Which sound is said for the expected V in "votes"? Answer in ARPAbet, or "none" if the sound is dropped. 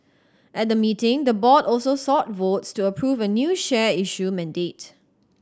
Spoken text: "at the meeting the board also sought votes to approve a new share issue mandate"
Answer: V